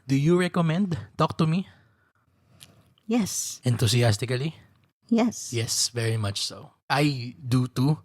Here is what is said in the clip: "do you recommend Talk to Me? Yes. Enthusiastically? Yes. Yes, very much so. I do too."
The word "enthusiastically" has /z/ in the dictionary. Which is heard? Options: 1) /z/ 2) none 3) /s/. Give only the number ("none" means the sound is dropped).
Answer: 3